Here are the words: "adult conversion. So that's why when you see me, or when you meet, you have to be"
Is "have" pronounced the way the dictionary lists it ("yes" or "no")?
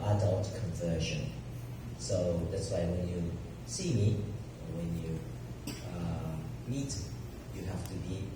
no